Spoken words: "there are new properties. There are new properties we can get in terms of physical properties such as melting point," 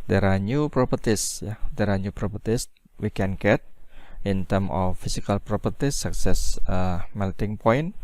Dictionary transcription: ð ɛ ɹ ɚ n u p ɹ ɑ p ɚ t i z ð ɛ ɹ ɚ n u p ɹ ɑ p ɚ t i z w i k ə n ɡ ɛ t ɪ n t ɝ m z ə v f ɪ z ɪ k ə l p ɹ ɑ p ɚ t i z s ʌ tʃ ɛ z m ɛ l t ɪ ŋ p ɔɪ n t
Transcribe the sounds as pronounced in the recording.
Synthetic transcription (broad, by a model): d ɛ ɹ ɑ n u p ɹ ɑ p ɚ t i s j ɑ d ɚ n u p ɹ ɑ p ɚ t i s w i k ə n ɡ ɛ t ɪ n t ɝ m ə f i s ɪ k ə l p ɹ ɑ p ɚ t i s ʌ s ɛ s m ɛ l t ɪ ŋ p ɔɪ n